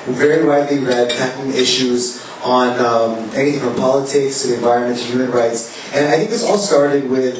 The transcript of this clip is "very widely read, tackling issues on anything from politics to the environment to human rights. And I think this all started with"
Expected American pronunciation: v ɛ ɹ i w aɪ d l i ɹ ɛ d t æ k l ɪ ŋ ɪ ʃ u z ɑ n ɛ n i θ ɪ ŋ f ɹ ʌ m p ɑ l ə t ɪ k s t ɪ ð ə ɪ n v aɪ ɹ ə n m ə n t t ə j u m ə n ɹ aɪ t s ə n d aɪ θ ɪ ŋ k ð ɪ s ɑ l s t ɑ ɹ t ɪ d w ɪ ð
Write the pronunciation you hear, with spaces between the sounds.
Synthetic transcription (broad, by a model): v ɛ ɹ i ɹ aɪ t l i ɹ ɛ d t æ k ɪ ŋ ɪ ʃ u z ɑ n ɛ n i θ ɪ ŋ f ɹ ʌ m p ɑ l ə t ɪ k s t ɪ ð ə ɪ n v aɪ ɹ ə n m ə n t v j u m ə n ɹ aɪ t s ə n aɪ θ ɪ ŋ k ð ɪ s ɑ l s t ɑ ɹ t ɪ d w ɪ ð